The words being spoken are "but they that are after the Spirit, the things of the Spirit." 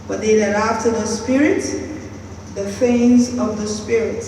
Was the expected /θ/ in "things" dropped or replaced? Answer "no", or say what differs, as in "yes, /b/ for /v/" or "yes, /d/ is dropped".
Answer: yes, /f/ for /θ/